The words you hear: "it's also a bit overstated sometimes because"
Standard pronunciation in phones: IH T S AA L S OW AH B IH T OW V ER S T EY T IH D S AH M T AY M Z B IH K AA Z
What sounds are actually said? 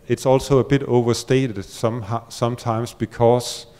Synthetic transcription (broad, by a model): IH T S AA L S OW AH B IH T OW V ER S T EY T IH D S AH M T AY M S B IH K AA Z